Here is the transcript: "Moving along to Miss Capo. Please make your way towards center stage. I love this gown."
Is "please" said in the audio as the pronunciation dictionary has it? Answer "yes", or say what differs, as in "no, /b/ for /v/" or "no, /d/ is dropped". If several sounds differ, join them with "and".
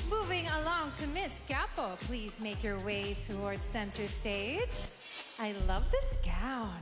yes